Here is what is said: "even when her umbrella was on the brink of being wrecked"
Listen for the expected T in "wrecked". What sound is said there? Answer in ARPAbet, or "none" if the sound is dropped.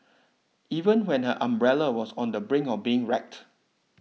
T